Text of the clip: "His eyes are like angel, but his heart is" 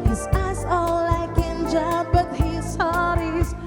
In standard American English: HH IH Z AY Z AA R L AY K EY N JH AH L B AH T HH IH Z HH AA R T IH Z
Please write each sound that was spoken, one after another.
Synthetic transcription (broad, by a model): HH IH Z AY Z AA L L AY K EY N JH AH B AH T HH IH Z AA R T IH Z